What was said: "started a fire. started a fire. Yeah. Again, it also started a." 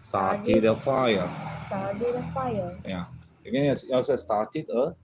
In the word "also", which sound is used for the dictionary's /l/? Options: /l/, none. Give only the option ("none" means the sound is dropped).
none